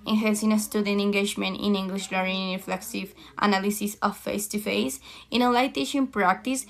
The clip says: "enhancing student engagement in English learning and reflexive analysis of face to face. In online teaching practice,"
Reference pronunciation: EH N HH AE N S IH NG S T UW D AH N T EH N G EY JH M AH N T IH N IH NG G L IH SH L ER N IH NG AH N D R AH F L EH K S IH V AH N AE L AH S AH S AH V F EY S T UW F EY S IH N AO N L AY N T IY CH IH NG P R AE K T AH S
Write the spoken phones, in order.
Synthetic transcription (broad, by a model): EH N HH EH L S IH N S T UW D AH N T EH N G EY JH M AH N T IH N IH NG G L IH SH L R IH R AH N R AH F L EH K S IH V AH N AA L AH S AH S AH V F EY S T UW F EY S IH N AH L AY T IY SH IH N P R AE K T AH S